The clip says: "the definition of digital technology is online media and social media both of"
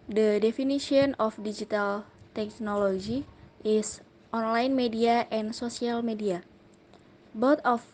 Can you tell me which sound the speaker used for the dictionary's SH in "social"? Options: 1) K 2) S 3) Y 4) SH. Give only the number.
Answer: 2